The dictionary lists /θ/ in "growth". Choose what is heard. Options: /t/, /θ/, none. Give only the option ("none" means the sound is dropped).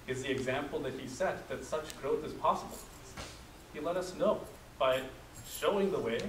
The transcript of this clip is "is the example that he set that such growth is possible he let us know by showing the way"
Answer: /θ/